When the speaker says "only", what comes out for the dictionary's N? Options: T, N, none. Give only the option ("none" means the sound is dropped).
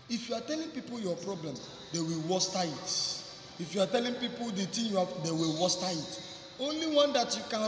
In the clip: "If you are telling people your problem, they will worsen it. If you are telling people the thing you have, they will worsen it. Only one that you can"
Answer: N